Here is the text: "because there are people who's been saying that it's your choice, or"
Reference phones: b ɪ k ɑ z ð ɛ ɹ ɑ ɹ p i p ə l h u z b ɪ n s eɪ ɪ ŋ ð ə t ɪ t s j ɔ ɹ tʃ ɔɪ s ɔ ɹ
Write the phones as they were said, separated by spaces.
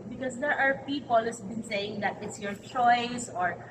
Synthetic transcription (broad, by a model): b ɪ k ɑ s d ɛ ɹ ɑ ɹ p i p ə l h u s b ɪ n s eɪ ɪ ŋ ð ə t ɪ t s j ɔ ɹ tʃ ɔɪ s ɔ ɹ